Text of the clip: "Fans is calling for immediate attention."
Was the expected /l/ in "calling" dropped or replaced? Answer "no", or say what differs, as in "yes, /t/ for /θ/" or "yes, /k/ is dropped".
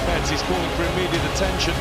yes, /l/ is dropped